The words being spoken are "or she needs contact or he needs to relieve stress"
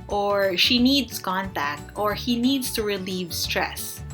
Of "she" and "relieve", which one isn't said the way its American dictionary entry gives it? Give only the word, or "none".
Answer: none